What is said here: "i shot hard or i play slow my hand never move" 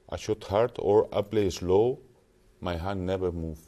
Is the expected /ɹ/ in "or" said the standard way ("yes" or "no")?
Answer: yes